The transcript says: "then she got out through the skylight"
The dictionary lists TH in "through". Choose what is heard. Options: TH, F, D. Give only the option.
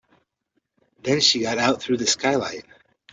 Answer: TH